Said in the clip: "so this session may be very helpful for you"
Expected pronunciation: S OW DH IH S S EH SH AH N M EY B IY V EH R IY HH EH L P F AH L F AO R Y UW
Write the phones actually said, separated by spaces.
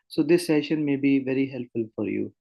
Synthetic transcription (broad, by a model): S OW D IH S S EH SH AH N M EY B IY V EH R IY HH EH L P F AH L F AO R Y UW